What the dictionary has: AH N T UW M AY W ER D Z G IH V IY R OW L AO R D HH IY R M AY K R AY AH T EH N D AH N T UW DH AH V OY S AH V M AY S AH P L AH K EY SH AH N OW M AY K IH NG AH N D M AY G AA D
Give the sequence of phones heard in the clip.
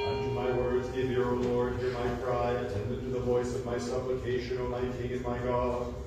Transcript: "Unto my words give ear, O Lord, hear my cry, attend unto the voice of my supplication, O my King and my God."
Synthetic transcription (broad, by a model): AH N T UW M AY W ER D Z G IH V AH R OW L AO R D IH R M AY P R AY AH T EH N D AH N T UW DH AH V OY S AH V M AY S AH P L AH K EY SH AH N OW M AY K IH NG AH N M AY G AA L